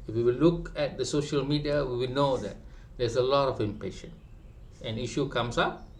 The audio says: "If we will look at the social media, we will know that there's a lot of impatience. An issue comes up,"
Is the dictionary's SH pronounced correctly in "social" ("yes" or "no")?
yes